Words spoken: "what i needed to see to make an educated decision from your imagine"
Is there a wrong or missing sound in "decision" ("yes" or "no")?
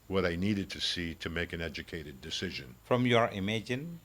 no